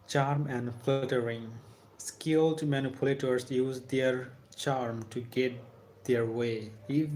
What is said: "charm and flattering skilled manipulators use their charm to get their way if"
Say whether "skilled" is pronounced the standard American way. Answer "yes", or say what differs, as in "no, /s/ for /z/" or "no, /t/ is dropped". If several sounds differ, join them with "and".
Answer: yes